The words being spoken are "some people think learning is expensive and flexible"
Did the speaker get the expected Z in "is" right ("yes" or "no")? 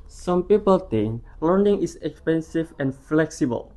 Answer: no